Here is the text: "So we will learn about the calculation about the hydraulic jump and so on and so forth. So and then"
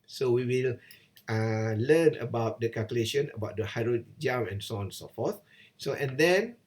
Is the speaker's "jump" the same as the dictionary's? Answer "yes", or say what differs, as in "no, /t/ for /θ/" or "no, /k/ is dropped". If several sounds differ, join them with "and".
no, /p/ is dropped